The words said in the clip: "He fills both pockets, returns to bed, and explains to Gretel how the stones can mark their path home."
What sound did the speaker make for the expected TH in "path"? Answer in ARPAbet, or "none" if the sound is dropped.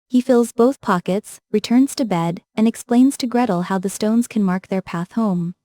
TH